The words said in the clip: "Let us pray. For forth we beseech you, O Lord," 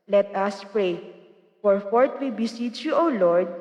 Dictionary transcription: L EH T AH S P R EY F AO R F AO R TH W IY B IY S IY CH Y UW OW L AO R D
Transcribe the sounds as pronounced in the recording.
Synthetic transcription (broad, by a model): L EH T AH S P R EY F AO R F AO R T W IY B IY S IY CH Y UW OW L AO R D